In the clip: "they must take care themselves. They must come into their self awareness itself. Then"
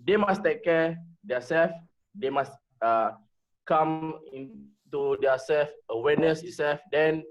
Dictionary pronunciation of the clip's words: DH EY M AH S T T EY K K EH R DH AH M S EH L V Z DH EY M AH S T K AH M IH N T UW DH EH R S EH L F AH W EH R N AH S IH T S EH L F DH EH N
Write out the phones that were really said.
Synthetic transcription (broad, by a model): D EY M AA S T T EY K K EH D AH S EH L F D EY M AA S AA K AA M IH N T UW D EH S EH L F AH W EH N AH S IH T S EH L F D EH N